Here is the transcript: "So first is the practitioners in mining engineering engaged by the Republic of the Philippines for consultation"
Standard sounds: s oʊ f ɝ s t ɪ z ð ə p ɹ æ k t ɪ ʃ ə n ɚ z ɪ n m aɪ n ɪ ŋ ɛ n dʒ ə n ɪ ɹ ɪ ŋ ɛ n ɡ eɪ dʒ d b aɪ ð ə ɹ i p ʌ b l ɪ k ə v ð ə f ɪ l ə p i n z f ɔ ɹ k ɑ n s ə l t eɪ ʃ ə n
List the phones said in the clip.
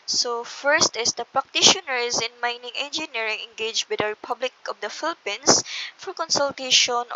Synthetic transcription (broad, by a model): s oʊ f ɝ s t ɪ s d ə p ɹ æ k t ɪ ʃ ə n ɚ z ɪ n m aɪ n ɪ ŋ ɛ n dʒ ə n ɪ ɹ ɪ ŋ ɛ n ɡ eɪ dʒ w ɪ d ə ɹ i p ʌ b l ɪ k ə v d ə f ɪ l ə p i n s f ɔ ɹ k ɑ n s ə l t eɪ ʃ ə n